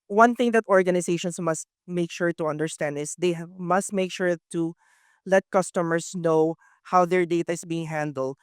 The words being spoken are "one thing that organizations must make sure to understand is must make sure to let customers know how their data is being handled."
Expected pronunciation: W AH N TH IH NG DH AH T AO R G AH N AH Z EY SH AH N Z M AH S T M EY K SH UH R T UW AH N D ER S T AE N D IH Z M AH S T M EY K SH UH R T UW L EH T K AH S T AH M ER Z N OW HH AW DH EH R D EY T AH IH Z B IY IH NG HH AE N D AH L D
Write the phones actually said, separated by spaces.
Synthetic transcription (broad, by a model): W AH N TH IH NG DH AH T AO R G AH N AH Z EY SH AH N S M AH S T M EY K SH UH R T UW AH N D ER S T AE N D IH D M AH S T M EY K SH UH R T UW L EH T K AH S T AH M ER S N OW HH AW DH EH R D EY T AH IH S B IY IH NG HH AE N D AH L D